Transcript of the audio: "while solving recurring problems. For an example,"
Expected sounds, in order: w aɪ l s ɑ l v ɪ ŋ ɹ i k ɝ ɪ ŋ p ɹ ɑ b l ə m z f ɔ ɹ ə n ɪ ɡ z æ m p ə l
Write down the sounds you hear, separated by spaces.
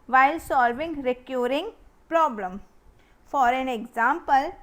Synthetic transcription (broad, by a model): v aɪ l s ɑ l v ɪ ŋ ɹ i k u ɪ ŋ p ɹ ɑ b l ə m f ɔ ɹ ə n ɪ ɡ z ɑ m p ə l